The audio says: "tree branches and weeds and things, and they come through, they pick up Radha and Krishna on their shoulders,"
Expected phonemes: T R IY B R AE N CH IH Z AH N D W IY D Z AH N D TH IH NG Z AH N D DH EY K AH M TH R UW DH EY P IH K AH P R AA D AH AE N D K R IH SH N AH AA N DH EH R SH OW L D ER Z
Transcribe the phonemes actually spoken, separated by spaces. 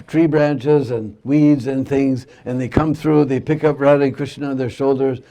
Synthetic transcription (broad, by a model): T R IY B R AE N CH IH Z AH N W IY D Z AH N TH IH NG Z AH N DH EY K AH M TH R UW DH EY P IH K AH P R AA D AH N K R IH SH N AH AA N DH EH R SH OW L D ER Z